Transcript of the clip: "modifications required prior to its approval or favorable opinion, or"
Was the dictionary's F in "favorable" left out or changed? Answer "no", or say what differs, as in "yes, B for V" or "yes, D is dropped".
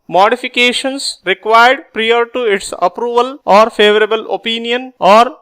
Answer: no